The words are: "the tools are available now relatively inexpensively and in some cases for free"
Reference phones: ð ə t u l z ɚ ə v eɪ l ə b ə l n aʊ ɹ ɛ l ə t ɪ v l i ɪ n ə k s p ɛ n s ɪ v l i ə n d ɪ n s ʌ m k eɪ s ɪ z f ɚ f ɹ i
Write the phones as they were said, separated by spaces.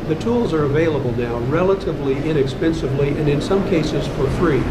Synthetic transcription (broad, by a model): ð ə t u l z ɚ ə v eɪ l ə b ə l n aʊ ɹ ɛ l ə t ɪ v l i ɪ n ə k s p ɛ n s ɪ v l i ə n ɪ n s ʌ m k eɪ s ɪ z f ɚ f ɹ i